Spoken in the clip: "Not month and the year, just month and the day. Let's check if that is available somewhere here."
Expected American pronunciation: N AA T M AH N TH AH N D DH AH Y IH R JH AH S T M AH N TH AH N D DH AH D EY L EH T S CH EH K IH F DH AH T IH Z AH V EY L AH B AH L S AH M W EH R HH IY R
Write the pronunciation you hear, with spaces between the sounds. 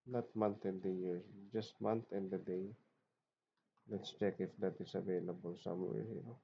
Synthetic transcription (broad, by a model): N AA T M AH N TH AH N D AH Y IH R JH AH S T M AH N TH AH N D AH D EY L EH T S CH EH K IH F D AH T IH S AH V EY L AH B AH L S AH M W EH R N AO